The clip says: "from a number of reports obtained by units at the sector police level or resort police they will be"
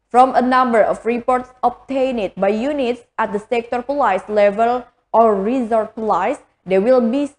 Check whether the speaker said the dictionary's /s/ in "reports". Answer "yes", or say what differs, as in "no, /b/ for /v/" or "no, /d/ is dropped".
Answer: yes